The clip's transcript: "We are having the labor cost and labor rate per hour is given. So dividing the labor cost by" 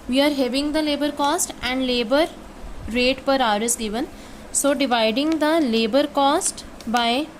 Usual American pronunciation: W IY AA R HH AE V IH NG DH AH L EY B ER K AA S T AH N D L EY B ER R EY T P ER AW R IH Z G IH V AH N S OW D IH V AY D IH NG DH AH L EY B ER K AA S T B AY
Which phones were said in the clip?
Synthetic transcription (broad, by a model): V IY AA R HH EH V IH NG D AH L EY B ER K AA S T AH N D L EY B ER R EY T P ER AW R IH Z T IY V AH N S OW D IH V AY D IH NG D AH L EY B ER K AA S T B AY